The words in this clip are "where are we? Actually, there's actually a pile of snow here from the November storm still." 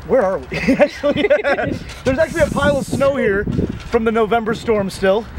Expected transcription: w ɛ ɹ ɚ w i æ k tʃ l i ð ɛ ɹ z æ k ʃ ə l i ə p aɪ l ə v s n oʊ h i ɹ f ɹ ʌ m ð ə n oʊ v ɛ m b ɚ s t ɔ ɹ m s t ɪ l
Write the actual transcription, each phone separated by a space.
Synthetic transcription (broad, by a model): w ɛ ɹ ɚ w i æ k tʃ l i ð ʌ ɹ z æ k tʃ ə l i ə p aɪ l ə v s n oʊ h i ɹ f ɹ ʌ m ð ə n oʊ v ɛ m b ɚ s t ɔ ɹ m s t ɪ l